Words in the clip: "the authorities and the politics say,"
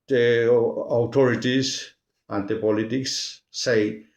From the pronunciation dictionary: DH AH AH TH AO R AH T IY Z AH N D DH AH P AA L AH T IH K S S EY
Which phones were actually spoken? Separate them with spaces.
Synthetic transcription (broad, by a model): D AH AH T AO R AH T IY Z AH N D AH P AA L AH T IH K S S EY